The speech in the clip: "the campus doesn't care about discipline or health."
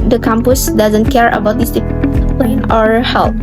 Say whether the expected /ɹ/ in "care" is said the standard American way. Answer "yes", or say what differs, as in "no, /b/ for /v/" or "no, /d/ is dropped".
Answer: yes